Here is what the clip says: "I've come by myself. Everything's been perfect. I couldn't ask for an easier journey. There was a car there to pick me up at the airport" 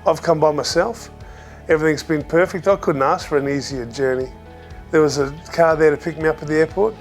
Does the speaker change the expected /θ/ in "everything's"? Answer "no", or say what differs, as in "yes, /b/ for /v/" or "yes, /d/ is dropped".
no